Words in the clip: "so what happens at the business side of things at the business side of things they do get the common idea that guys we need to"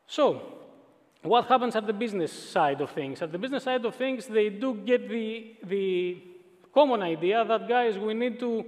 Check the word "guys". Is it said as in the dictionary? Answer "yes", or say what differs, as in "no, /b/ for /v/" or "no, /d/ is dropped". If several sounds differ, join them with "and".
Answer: yes